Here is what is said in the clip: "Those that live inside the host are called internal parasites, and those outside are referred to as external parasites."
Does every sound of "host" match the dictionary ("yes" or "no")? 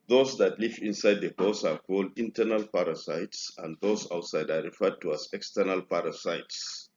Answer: no